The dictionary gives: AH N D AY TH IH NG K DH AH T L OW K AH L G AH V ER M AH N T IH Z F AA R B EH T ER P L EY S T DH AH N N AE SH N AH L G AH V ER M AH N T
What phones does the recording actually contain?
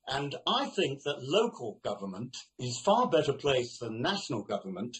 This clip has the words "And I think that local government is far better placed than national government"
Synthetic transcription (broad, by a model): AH N AY TH IH NG K DH AH T L OW K AH L G AH V ER M AH N T IH Z F AA R B EH T ER P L EY S DH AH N N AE SH N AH L G AH V ER M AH N T